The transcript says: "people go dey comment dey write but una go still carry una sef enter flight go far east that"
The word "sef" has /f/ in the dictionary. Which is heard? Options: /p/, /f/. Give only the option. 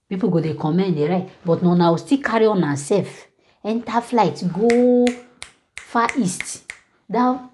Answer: /f/